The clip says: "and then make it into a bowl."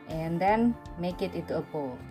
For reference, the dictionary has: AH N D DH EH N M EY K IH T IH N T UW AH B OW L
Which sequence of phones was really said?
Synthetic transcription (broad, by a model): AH N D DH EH N M EY K IH T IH T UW AH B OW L